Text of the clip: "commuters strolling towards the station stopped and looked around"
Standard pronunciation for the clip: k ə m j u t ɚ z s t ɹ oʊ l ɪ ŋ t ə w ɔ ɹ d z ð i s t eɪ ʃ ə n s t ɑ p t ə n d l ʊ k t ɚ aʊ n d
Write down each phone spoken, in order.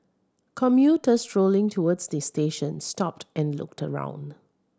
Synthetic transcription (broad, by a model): k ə m j u t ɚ s t ɹ oʊ l ɪ ŋ t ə w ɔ d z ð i s t eɪ ʃ ə n s t ɑ p t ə n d l ʊ k t ɚ aʊ n d